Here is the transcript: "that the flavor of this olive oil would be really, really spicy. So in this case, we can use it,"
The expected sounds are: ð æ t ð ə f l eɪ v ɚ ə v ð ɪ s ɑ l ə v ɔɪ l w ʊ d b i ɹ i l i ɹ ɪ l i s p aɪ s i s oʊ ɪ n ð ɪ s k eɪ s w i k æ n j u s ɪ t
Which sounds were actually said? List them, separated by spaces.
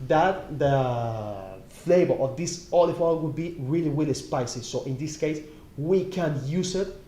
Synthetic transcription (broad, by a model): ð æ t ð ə f l eɪ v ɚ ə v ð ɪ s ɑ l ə f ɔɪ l w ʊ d b i ɹ i l i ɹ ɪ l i s p aɪ s i s oʊ ɪ n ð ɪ s k eɪ s w i k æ n j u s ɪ t